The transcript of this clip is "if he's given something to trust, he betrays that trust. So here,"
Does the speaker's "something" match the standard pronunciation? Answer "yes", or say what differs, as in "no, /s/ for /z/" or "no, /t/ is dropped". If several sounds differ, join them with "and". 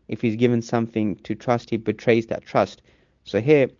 yes